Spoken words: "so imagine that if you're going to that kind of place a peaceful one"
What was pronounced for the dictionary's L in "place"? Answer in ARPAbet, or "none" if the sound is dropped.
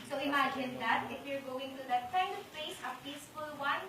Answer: none